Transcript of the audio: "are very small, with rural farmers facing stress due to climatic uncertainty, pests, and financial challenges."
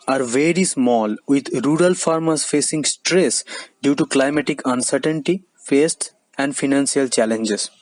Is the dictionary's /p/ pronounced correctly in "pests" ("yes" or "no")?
no